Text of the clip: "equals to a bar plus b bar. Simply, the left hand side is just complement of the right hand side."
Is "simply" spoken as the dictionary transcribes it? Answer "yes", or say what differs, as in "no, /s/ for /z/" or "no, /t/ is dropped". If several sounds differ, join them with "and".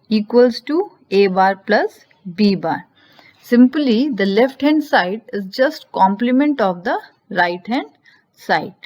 yes